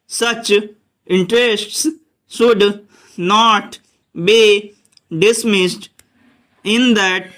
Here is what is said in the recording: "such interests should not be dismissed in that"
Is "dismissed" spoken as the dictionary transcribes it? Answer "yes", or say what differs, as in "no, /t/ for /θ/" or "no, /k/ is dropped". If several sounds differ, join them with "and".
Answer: yes